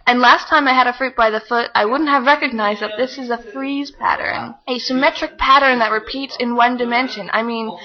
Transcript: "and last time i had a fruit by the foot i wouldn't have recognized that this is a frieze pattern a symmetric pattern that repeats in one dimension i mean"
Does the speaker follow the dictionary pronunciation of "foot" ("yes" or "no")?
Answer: yes